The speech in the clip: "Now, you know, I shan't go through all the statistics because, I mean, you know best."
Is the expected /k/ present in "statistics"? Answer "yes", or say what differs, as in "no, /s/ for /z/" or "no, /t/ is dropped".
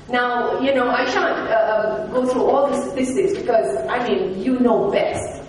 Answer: no, /k/ is dropped